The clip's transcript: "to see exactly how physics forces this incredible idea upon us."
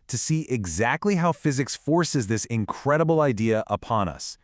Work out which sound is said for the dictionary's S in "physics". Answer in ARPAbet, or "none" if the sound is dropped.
S